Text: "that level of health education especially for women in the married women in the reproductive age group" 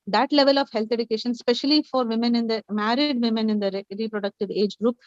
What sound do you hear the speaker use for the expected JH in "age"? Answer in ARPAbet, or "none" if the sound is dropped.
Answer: JH